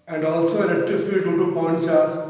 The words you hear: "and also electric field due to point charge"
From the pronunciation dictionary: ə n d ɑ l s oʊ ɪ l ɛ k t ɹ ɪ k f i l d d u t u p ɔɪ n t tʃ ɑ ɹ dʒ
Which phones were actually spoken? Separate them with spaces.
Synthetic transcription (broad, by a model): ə n d ɑ l s oʊ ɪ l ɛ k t ɪ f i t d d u t u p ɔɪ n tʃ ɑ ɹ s